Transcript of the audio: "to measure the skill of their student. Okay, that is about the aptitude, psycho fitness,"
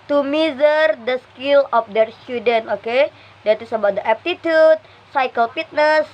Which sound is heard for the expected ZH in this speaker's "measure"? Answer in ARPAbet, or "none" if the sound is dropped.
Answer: Z